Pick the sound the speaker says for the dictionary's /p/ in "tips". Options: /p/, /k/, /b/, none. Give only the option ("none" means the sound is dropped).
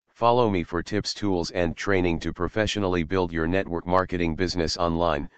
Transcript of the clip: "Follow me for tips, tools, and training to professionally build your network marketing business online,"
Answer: /p/